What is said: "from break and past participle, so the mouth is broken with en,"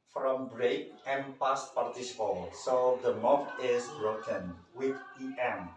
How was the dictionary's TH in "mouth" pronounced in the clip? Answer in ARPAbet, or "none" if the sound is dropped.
F